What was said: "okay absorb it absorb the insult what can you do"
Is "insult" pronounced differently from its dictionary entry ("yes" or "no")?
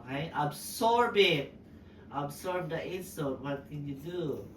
yes